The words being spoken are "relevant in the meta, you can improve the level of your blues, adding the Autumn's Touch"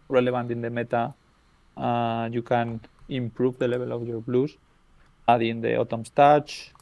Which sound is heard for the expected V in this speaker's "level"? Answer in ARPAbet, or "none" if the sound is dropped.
B